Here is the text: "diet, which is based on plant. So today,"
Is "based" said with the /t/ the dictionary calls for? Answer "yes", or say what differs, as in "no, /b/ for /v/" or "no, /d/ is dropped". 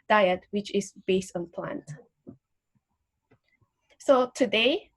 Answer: yes